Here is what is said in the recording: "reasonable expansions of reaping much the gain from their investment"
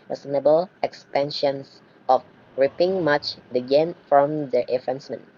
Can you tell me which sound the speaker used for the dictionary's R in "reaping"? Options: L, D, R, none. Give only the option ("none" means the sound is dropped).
R